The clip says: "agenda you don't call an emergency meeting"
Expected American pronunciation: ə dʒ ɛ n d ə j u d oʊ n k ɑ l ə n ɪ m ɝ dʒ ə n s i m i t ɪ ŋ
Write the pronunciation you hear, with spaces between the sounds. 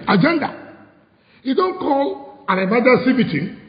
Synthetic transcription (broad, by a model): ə dʒ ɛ n d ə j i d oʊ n k ɑ l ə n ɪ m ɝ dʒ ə s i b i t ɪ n